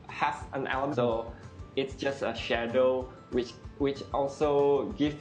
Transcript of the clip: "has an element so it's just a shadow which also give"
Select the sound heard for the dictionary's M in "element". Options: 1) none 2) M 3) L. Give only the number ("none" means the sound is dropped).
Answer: 1